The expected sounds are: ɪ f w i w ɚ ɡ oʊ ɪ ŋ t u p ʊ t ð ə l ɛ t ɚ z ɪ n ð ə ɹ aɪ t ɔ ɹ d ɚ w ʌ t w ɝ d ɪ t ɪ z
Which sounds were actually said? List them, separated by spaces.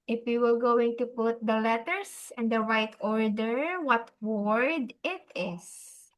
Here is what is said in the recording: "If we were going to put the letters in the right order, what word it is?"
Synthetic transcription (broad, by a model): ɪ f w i w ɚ ɡ oʊ ɪ ŋ t u p ʊ t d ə l ɛ t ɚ s ɪ n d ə ɹ aɪ t ɔ ɹ d ɚ w ʌ t w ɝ d ɪ t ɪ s